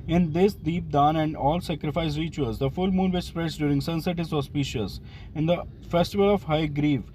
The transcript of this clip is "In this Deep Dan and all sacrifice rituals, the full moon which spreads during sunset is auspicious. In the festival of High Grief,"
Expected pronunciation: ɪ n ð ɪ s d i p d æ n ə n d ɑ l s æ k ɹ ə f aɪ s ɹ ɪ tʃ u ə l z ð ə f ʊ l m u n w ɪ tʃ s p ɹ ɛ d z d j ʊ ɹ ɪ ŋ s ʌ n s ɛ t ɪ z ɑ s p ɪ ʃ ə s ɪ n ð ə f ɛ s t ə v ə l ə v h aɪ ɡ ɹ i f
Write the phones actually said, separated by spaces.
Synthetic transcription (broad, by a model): ɪ n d ɪ s d i p d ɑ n ə n d ɑ l s æ k ɹ ə f aɪ s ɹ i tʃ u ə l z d ə f ʊ l m u n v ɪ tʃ s p ɹ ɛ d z d j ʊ ɹ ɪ ŋ s ʌ n s ɛ t ɪ z ɑ s p ɪ ʃ ə s ɪ n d ə f ɛ s t ə v ə l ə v h aɪ ɡ ɹ i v